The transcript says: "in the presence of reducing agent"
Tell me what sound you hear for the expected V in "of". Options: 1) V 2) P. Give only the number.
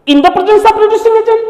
2